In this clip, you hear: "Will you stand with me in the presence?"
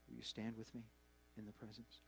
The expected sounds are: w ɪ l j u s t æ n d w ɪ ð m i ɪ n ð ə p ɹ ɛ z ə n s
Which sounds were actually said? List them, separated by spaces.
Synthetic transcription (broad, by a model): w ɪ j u s t æ n d w ɪ ð m i ɪ n ð ə p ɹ ɛ z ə n s